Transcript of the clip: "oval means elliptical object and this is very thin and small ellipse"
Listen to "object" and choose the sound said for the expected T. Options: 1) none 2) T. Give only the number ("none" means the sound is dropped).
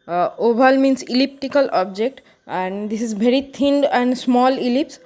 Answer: 2